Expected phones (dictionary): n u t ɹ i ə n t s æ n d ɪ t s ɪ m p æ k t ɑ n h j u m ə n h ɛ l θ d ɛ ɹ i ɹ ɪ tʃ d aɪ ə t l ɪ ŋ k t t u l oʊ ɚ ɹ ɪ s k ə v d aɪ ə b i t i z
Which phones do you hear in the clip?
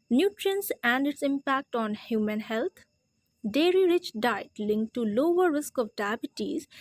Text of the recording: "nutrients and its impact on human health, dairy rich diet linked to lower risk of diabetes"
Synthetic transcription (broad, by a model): n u t ɹ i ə n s æ n d ɪ t s ɪ m p æ k t ɑ n h j u m ə n h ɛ l t d ɛ ɹ i ɹ ɪ tʃ d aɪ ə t l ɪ ŋ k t t u l oʊ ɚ ɹ ɪ s k ə v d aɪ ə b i t i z